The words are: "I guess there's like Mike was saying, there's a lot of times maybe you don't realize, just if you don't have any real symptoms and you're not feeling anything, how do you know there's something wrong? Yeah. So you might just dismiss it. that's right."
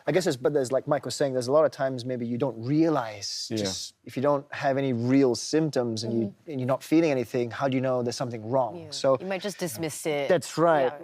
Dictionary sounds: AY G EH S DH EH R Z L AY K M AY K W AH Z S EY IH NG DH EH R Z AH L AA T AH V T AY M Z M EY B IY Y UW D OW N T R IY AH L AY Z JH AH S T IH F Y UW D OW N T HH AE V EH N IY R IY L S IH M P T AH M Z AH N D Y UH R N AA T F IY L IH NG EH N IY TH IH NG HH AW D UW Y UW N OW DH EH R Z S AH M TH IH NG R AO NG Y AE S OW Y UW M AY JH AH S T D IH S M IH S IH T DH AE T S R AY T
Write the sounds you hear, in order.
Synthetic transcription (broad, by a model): AY G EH S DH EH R Z L AY K M AY K W AH Z S EY IH NG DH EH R Z AH L AA T AH V T AY M Z M EY B IY Y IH D OW N T R IY AH L AY Z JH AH S T IH F Y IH D OW N T HH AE V EH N IY R IY L S IH M P T AH M Z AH N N Y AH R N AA T F IY L IH NG EH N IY TH IH NG HH AW D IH Y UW N OW DH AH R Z S AH M TH IH NG R AO NG S OW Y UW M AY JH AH S D IH S M IH S IH T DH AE T S R AY T